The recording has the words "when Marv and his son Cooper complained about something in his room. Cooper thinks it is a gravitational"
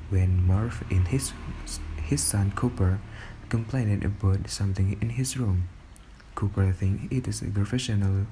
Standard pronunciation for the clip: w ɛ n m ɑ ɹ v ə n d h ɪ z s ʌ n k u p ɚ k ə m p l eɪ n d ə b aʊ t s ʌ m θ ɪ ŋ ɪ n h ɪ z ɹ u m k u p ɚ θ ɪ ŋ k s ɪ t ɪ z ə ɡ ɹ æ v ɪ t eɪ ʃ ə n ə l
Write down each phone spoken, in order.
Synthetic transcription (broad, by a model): w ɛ n m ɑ ɹ f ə n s h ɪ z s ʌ n k u p ɚ k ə m p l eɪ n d ə b aʊ t s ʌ m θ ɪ ŋ ɪ n h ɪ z ɹ u m k u p ɚ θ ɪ ŋ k ɪ t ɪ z ə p ɹ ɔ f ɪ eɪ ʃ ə n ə l